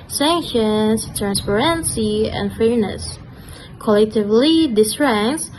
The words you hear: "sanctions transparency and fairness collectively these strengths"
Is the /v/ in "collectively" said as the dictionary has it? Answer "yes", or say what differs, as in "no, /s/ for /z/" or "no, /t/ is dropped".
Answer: yes